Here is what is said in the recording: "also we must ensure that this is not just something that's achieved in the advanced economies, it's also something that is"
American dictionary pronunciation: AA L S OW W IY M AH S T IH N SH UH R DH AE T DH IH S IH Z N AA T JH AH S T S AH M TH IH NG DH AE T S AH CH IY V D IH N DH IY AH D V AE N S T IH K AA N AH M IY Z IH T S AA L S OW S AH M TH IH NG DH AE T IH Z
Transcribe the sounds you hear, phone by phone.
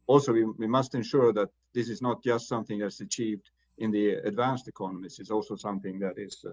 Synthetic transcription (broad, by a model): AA L S OW W IY M AH S T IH N SH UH R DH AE T DH IH S IH Z N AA T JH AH S T S AH M TH IH NG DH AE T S AH CH IY V D IH N DH IY AH D V AE N S T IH K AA N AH M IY S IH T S AA L S OW S AH M TH IH NG DH AE T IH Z